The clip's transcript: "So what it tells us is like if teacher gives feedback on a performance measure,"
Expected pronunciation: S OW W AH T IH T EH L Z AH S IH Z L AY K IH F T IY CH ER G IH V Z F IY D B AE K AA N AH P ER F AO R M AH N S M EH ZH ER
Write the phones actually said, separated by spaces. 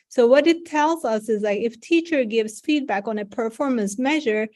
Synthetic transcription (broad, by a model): S OW W AH T IH T EH L Z AH S IH Z L AY K IH F T IY CH ER G IH V Z F IY D B AE K AA N AH P ER F AO R M AH N S M EH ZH ER